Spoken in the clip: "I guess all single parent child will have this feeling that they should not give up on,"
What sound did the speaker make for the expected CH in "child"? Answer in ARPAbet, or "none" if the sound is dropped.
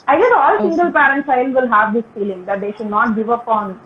S